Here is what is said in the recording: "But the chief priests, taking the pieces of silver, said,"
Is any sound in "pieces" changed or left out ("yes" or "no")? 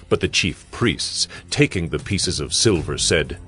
no